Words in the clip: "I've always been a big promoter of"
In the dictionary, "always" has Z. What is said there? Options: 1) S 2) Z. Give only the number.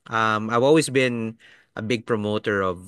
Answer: 1